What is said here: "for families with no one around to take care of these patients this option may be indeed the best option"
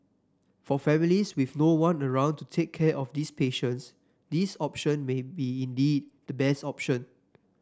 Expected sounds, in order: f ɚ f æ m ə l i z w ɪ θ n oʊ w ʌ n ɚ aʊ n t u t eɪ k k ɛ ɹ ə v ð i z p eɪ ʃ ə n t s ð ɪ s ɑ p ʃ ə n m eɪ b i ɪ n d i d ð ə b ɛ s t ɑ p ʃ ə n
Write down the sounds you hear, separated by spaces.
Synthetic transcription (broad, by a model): f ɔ f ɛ m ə l i s w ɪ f n oʊ w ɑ n ɚ aʊ n t u t eɪ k k ɛ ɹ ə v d i s p eɪ ʃ ə n t s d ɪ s ɑ p ʃ ə n m eɪ b i ɪ n d i d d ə b ɛ s t ɑ p ʃ ə n